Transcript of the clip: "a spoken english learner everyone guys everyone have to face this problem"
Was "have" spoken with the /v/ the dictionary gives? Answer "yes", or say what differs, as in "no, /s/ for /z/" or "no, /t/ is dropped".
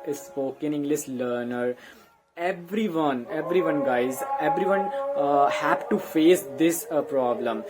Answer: no, /p/ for /v/